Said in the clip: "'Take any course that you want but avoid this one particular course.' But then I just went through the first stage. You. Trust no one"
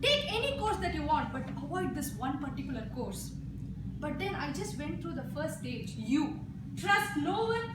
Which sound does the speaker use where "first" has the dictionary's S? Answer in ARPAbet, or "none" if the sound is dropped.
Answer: none